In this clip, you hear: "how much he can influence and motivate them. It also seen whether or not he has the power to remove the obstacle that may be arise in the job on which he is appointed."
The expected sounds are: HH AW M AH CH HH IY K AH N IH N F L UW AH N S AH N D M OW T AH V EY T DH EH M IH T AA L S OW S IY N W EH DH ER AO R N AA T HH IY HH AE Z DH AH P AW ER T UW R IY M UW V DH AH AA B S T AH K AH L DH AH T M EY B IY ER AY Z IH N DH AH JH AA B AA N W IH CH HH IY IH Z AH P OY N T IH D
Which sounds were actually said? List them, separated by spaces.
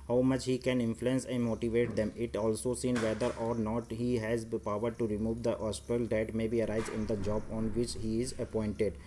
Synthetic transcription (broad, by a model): HH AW M AH CH HH IY K AH N IH N F L UW AH N S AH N M OW T AH V EY T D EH M IH T AA L S OW S IY N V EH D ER AO R N AA T HH IY HH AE Z P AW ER T UW R IY M UW V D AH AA S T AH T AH L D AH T M EY B IY ER AY Z IH N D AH JH AA B AA N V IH CH HH IY IH Z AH P OY N T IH D